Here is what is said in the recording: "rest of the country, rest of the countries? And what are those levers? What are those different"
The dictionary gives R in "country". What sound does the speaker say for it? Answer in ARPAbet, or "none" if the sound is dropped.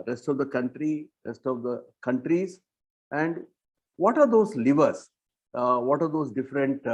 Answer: R